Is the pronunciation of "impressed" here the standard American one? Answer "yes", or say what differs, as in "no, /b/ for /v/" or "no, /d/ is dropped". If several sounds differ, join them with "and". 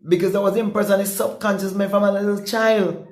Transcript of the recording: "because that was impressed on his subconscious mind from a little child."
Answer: no, /t/ is dropped